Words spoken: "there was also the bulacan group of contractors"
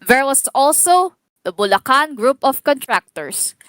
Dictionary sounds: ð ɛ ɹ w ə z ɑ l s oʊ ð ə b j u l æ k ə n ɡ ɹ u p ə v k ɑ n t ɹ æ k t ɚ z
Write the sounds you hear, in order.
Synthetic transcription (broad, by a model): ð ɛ ɹ w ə s ɑ l s oʊ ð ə b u l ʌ k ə n ɡ ɹ u p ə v k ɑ n t ɹ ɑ k t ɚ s